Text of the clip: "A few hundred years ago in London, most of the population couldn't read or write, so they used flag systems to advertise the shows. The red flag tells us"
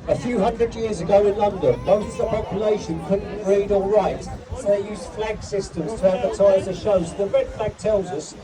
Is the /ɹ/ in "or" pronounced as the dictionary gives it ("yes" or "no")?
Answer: no